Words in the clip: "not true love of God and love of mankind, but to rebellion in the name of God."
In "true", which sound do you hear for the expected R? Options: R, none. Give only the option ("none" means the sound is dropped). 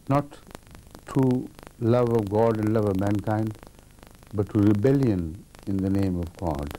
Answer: none